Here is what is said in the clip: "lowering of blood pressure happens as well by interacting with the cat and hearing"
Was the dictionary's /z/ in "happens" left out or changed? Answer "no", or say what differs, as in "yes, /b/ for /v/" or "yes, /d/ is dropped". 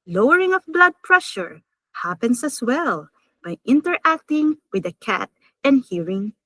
yes, /s/ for /z/